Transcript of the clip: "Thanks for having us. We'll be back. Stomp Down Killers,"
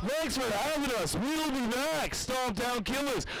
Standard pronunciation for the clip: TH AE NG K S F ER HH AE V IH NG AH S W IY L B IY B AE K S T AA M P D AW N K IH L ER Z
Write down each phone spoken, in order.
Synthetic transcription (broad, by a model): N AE K S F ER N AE W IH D AH S W IY L B IY B AE K S T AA P D AW N K IH L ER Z